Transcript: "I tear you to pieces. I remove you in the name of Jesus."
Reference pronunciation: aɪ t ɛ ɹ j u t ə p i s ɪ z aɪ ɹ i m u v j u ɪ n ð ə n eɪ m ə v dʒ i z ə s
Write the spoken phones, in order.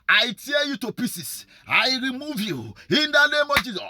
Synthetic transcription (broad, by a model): aɪ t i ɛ j u t ə p i s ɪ s aɪ ɹ i m u v j u ɪ n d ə n eɪ m ə v dʒ i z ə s